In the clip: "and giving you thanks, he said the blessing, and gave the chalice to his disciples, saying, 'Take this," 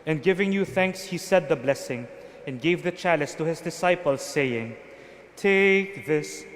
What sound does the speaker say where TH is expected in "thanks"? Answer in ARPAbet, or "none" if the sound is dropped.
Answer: TH